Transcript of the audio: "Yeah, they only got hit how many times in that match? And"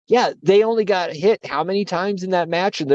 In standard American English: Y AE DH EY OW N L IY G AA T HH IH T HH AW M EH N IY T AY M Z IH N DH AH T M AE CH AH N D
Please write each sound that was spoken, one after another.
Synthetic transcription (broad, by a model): Y AE DH EY OW N L IY G AA T HH IH T HH AW M EH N IY T AY M Z IH N DH AH T M AE CH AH N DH